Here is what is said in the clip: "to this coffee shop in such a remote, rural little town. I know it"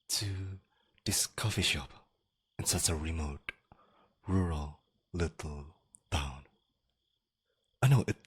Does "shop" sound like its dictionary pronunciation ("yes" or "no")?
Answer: yes